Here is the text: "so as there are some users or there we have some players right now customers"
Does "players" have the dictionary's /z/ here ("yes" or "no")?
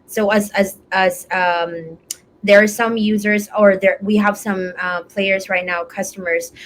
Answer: yes